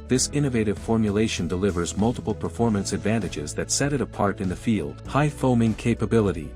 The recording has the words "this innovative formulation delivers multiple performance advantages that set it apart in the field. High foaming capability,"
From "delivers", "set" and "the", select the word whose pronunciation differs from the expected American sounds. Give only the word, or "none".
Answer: none